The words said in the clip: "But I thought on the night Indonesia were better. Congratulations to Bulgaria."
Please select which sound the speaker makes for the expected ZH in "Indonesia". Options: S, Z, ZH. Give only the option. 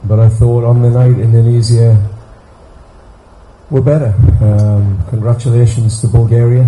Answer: Z